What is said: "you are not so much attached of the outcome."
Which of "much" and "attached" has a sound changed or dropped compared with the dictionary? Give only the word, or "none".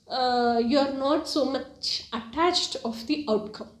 none